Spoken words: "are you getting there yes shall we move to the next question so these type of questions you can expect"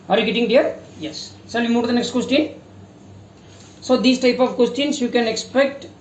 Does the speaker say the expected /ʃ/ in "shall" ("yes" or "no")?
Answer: no